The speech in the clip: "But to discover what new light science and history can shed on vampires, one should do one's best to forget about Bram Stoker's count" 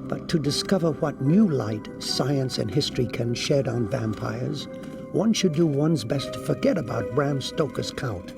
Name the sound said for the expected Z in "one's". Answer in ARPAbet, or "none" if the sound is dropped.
Z